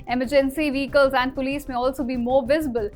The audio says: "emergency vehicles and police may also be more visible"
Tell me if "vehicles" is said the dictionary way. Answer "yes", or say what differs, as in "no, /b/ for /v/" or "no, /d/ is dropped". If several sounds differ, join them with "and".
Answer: yes